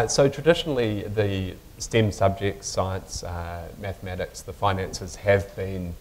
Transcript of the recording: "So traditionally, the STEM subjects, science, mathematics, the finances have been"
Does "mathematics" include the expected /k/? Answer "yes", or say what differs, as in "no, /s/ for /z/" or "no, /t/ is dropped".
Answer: yes